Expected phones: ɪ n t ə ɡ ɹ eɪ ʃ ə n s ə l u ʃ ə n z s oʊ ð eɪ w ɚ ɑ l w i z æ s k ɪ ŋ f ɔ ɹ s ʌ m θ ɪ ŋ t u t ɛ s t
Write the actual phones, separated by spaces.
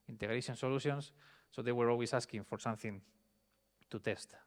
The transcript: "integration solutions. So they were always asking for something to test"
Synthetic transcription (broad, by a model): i n t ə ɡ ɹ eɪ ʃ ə n s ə l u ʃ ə n s oʊ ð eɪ w ɚ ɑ l w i s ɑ s k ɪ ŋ f ɔ ɹ s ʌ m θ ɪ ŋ t u t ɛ s t